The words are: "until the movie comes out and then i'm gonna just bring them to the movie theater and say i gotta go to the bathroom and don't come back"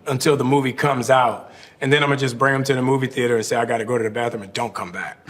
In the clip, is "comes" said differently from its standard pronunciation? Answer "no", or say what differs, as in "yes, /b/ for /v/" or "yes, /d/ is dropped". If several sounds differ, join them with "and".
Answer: no